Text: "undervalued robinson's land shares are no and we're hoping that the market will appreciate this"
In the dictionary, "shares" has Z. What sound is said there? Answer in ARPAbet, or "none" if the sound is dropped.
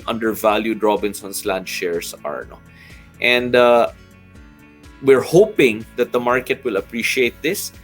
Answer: S